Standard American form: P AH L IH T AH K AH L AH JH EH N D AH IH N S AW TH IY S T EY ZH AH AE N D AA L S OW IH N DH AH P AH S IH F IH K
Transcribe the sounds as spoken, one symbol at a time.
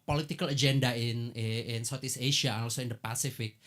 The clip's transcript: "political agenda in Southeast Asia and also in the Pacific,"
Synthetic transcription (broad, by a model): P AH L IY T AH K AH L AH JH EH N D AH IH N S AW T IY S EY SH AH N AA L S OW IH N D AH P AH S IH F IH K